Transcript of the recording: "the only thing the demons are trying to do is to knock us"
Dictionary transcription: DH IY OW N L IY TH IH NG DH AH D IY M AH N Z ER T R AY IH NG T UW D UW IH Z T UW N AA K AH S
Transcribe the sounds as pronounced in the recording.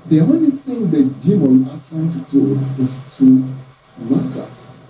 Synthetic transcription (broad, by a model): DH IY OW N L IY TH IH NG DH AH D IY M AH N AA T R AY IH NG T UW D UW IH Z T UW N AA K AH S